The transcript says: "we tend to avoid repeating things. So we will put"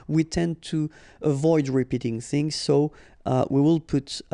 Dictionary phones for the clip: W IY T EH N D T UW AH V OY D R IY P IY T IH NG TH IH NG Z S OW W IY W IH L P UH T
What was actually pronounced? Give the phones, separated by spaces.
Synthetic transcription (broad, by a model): W IY T EH N T UW AH V OY D R IY P IY T IH NG TH IH NG Z S OW W IY W IH L P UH T